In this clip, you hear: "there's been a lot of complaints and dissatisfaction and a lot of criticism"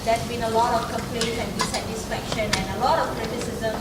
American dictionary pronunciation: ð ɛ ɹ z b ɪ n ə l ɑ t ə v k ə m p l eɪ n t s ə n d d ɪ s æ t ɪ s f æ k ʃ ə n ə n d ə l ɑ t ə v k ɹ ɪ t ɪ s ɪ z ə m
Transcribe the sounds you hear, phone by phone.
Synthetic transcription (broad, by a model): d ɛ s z b ɪ n ə l ɑ t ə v k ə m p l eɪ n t ə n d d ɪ s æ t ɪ s f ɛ k ʃ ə n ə n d ə l ɑ t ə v k ɹ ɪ t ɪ s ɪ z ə m